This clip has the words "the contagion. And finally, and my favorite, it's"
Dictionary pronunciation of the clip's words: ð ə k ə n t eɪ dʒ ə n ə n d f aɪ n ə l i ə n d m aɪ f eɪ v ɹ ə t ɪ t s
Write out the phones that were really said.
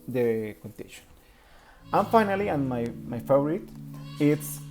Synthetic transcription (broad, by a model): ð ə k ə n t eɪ ʃ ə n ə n f aɪ n ə l i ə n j m aɪ f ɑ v ɹ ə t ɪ t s